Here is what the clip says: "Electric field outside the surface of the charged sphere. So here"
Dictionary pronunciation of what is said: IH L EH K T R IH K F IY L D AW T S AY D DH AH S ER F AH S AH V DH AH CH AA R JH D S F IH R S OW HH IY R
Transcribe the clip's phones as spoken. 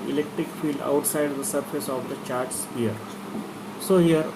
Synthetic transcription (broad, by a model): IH L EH K T R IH K F IY L D AW T S AY D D AH S ER F AH S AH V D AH CH AA R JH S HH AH R S OW HH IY R